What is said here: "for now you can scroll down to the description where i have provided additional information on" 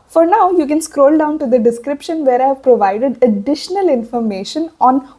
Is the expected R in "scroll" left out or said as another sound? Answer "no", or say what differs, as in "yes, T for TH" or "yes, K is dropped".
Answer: no